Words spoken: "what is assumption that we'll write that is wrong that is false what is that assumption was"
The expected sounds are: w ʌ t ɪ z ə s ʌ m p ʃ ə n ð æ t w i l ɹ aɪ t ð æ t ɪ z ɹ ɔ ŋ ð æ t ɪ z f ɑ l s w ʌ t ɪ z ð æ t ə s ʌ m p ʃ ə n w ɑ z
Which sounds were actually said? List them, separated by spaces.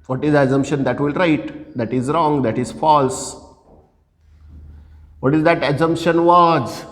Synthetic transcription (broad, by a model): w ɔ t ɪ z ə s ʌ m p ʃ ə n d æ t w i l ɹ aɪ t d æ t ɪ z ɹ ɔ ŋ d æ t ɪ z f ɑ l s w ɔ t ɪ z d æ t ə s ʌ m p ʃ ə n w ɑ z